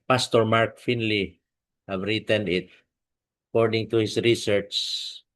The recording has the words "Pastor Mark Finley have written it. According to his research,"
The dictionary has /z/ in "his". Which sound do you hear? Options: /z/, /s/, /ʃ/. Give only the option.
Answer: /s/